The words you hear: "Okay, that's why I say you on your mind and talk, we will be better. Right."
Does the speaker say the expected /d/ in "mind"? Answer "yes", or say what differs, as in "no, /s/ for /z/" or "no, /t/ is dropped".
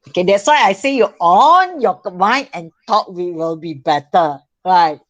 no, /d/ is dropped